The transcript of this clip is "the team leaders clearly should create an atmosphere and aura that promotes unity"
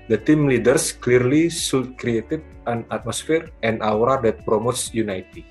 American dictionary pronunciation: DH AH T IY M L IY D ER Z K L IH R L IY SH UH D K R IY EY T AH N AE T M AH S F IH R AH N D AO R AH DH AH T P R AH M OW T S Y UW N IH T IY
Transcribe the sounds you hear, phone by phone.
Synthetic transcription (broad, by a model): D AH T IY M L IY D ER S K L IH R L IY S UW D K R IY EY T AH N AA T M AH S F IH R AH N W R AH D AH T P R AH M OW T S Y UW N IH T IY